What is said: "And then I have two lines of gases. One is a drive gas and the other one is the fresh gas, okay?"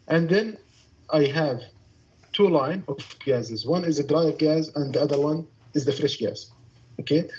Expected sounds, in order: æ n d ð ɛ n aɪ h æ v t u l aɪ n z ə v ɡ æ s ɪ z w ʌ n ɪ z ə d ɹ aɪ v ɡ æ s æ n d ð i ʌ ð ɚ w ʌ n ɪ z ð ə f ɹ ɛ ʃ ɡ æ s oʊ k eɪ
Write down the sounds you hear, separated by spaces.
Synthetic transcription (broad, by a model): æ n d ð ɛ n aɪ h æ v t u l aɪ n ə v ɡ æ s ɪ z w ʌ n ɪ z ə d ɹ aɪ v ɡ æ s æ n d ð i ʌ ð ɚ w ʌ n ɪ z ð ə f ɹ ɛ ʃ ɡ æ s oʊ k eɪ